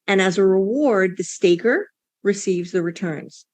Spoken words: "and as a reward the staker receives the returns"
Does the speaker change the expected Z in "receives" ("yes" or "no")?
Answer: no